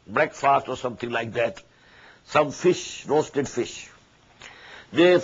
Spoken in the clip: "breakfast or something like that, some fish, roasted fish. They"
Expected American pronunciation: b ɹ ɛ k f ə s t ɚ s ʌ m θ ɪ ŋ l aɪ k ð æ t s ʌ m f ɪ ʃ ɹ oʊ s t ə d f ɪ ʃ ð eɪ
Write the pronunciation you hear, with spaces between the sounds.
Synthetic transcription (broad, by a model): b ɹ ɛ k f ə s t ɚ s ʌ m t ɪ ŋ l aɪ k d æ t s ʌ m f ɪ ʃ ɹ oʊ s t ə d f ɪ ʃ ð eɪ